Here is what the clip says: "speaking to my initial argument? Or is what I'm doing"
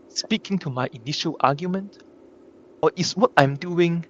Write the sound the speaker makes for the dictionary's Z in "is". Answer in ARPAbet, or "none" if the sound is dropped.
S